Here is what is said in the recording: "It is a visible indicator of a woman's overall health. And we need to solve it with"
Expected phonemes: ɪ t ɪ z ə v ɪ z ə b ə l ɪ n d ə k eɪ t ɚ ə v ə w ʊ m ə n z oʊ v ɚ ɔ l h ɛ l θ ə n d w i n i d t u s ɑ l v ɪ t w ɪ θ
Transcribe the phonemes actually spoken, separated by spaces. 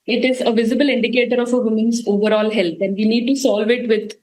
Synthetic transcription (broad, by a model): ɪ t ɪ z ə v ɪ z ə b ə l ɪ n d ə k eɪ t ɚ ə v ə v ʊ m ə n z oʊ v ɚ ɔ l h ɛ l t ə n d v i n i d t u s ɑ l v ɪ t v ɪ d